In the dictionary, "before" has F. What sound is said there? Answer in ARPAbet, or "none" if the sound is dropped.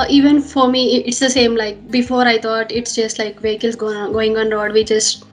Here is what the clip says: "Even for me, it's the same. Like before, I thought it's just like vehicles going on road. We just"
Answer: F